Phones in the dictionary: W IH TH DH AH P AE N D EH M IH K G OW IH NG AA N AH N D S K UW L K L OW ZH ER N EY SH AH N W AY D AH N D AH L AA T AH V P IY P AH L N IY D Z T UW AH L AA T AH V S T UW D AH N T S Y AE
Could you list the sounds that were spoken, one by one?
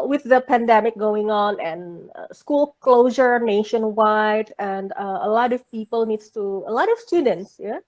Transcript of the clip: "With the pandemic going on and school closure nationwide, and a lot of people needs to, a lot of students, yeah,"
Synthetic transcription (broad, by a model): W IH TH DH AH P AE N D EH M IH K G OW IH NG AA N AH N S K UW L K L OW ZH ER N EY SH AH N W AY D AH N D AH L AA T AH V P IY P AH L N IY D S T UW AH L AA T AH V S T UW D AH N T S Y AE